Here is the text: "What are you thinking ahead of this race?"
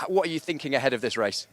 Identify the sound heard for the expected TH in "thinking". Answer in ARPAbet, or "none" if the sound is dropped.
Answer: TH